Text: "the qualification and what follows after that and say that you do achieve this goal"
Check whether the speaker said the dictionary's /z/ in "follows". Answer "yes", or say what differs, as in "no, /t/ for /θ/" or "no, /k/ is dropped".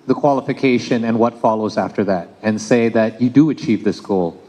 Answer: yes